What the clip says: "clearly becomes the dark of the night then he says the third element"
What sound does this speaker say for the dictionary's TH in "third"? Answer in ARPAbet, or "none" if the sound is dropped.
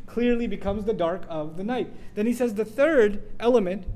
TH